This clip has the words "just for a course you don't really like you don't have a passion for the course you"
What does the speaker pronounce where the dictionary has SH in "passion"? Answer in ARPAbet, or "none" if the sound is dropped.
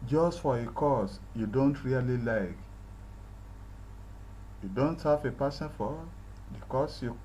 S